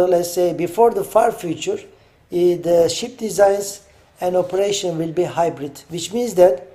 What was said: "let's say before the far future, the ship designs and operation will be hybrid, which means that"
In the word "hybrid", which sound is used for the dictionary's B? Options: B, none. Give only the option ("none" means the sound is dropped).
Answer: B